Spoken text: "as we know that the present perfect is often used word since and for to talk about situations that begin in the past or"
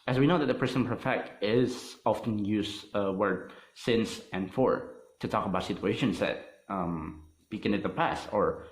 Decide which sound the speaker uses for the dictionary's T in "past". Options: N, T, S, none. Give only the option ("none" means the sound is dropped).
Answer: T